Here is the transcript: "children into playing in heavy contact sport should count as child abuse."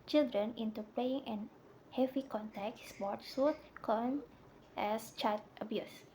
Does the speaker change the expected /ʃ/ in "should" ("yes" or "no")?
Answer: yes